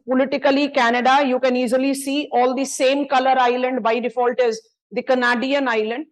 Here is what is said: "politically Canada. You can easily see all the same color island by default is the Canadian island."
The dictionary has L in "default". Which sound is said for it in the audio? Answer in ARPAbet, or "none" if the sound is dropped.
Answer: L